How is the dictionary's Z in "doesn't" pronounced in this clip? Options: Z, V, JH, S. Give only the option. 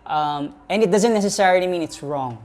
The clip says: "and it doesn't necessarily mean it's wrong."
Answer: Z